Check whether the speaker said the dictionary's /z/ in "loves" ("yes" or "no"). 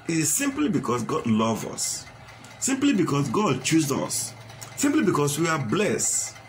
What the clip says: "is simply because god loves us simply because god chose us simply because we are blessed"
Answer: no